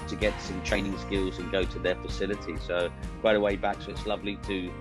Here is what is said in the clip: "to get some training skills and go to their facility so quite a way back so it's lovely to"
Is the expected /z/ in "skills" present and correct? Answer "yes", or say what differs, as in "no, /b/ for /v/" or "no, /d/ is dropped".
yes